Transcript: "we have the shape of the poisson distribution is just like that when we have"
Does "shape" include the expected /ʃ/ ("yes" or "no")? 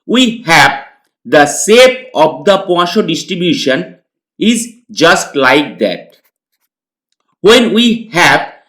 no